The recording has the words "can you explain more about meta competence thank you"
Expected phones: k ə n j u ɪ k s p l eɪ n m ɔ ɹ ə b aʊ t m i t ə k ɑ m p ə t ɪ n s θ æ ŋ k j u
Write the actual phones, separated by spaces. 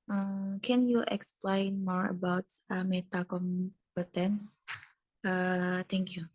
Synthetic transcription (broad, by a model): k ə n j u ɪ k s p l eɪ n m ɔ ɹ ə b aʊ t m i t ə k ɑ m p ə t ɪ n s t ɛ ŋ k j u